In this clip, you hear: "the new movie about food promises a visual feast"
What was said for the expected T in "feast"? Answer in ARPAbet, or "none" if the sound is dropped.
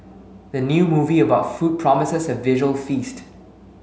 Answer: T